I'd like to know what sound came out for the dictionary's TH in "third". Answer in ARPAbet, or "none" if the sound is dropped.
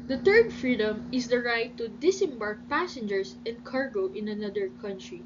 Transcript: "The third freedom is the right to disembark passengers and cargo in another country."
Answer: T